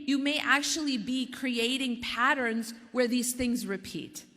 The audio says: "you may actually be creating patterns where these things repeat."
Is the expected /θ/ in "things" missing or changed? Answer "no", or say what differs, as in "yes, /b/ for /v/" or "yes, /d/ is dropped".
no